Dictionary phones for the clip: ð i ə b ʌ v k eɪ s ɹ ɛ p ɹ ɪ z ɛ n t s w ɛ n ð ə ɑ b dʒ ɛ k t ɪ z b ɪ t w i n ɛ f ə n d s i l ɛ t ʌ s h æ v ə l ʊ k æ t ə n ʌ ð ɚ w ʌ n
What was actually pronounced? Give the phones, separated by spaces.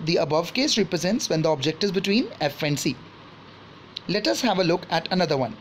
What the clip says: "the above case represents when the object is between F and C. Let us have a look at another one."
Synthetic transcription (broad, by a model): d i ə b ʌ v k eɪ s ɹ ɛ p ɹ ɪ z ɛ n t s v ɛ n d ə ɑ b dʒ ɛ k t ɪ z b ɪ t w i n ɛ f ə n d s i l ɛ t ʌ s h æ v ə l ʊ k æ t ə n ʌ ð ɚ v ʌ n